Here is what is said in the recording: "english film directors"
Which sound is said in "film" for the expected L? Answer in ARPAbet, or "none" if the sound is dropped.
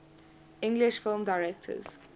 L